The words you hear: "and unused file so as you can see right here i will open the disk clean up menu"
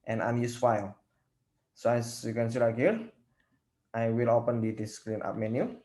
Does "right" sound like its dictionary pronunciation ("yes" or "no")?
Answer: no